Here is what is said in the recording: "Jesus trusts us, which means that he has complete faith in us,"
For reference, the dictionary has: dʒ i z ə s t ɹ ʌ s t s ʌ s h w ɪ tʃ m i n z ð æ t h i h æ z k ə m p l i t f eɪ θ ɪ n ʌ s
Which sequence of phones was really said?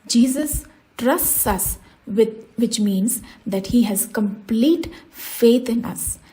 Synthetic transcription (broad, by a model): dʒ i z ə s t ɹ ʌ s t s ʌ s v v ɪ tʃ m i n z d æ t h i h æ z k ə m p l i t f eɪ t ɪ n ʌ s